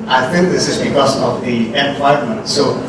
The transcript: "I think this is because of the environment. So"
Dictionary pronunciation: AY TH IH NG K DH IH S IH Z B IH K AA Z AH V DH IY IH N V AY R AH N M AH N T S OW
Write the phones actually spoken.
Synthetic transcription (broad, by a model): AY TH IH NG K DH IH S IH Z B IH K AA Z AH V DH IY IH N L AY AH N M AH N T S OW